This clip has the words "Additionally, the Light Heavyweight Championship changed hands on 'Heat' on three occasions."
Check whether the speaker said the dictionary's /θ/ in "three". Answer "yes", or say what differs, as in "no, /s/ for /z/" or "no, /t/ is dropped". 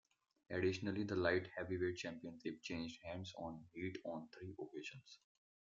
no, /t/ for /θ/